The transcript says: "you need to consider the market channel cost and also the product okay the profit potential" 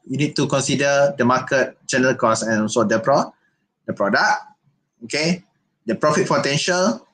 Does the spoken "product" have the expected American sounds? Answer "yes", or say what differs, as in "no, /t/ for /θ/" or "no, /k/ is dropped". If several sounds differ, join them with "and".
no, /t/ is dropped